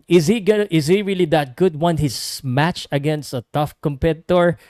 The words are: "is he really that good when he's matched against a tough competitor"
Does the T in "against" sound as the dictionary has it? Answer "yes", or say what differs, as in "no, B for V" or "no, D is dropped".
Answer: yes